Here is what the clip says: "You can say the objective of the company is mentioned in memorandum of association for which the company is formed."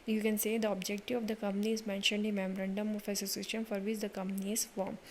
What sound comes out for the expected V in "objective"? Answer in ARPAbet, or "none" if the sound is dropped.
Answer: none